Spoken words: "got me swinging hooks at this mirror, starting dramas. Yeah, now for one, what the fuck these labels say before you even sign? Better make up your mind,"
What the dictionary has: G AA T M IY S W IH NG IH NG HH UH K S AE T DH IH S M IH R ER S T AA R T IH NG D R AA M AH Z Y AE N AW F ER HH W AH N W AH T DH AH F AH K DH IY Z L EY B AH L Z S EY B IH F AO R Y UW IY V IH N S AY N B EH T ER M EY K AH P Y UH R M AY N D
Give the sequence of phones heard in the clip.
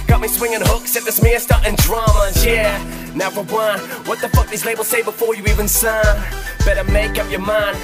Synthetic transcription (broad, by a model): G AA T M IY S W IH NG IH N HH UH K S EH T DH IH S M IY ER S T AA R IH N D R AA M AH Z Y AE N AW F ER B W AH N W AH T DH AH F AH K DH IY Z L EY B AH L S EY B IH F AO R Y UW IY V IH N S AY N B EH T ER M EY K AH P Y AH R M AY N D